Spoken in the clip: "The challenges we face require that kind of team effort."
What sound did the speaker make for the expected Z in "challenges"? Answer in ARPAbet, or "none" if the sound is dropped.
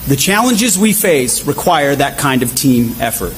Z